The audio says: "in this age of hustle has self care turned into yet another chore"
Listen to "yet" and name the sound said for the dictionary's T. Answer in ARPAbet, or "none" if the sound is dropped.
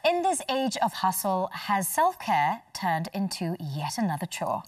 T